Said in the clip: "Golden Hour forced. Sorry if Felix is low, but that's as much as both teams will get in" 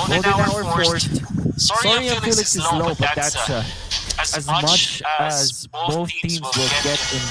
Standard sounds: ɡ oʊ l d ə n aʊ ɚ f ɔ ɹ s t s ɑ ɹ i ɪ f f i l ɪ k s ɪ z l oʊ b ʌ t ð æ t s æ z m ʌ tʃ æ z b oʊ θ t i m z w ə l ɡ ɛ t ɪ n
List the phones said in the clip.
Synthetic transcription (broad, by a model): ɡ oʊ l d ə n aʊ ɚ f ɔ ɹ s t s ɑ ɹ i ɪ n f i l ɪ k s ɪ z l oʊ b ʌ t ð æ t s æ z m ʌ tʃ æ z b oʊ s t i m z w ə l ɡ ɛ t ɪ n